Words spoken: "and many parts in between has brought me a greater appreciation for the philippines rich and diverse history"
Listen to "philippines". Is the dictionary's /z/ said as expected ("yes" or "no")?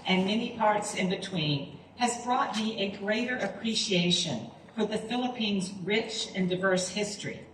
yes